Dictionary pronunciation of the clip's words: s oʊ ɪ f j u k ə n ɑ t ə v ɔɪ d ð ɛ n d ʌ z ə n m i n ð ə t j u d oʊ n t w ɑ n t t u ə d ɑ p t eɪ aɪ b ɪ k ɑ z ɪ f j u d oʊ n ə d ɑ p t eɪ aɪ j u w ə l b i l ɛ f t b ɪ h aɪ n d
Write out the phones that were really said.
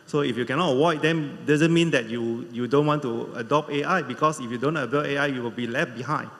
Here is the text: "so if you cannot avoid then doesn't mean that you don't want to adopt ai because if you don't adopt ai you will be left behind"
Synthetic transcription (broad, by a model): s oʊ ɪ f j u k ə n ɑ t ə w ɔɪ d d ɛ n d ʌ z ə n m i n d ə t j u d oʊ n t w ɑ n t t u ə d ɑ p eɪ aɪ b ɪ k ɑ s ɪ f j u d oʊ n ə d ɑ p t eɪ aɪ j u w ə l b i l ɛ f t b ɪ h aɪ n